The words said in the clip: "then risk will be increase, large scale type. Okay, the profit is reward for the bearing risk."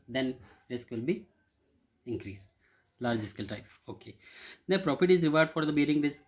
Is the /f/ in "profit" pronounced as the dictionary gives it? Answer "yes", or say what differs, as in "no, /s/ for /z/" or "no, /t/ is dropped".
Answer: no, /p/ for /f/